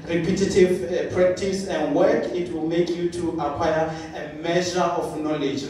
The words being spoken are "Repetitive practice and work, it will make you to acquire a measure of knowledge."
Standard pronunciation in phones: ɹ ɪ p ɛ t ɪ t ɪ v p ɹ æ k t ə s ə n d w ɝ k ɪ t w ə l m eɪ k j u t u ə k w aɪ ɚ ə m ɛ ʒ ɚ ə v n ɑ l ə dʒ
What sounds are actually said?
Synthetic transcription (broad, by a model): ɹ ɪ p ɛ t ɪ t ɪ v p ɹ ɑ k t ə s ə n d w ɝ k ɪ t w ə l m eɪ k j u t u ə k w aɪ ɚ ə m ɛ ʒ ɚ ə f n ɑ l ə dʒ